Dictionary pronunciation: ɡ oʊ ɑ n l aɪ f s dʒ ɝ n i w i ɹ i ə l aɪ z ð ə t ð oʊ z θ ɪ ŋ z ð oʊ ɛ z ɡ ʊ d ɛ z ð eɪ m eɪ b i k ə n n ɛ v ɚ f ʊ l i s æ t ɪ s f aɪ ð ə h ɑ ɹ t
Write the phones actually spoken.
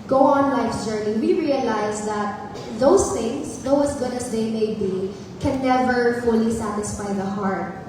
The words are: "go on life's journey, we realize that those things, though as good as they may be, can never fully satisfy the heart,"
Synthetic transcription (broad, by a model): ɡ oʊ ɑ n l aɪ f dʒ ɝ n i w i ɹ i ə l aɪ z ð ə t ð oʊ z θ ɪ ŋ s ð oʊ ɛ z ɡ ʊ d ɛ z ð eɪ m eɪ b i k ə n n ɛ v ɚ f ʊ l i s æ t ɪ s f aɪ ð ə h ɑ ɹ t